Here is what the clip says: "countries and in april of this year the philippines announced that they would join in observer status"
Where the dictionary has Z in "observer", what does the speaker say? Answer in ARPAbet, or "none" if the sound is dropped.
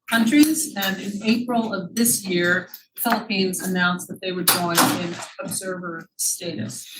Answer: Z